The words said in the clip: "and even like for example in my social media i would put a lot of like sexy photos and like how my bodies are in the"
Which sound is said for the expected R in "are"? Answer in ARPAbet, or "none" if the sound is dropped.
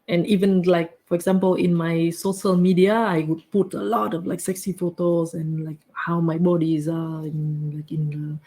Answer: L